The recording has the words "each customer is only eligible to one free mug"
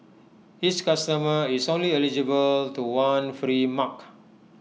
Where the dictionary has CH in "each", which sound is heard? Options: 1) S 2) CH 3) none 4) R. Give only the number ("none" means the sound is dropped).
1